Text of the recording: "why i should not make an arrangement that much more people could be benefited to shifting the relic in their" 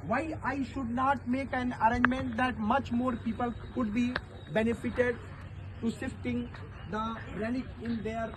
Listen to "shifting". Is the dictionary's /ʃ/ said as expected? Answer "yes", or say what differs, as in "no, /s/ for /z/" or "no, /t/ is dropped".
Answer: no, /s/ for /ʃ/